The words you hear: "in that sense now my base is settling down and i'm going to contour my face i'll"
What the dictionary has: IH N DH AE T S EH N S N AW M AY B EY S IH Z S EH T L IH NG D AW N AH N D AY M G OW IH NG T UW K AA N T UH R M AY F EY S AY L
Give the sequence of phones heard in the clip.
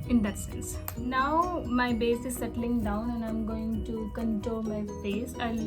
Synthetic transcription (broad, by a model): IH N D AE T S EH N S N AW M AY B EY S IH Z S EH T L IH NG D AW N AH N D AY M G OW IH NG T UW K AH N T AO L M AY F EY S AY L